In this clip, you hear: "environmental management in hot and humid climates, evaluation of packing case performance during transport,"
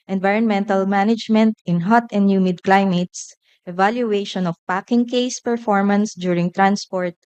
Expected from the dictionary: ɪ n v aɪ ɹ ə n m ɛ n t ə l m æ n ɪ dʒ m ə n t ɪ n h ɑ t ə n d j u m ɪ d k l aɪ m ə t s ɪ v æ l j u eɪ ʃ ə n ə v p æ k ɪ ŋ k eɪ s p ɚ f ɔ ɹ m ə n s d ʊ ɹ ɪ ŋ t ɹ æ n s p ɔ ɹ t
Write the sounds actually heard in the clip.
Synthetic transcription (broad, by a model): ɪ n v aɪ ɹ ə n m ɛ n t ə l m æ n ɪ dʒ m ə n t ɪ n h ɑ t ə n d j u m ɪ d k l aɪ m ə t s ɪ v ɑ l j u eɪ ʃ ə n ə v p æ k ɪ ŋ k eɪ s p ɚ f ɔ ɹ m ə n s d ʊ ɹ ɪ ŋ t ɹ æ n s p ɔ ɹ t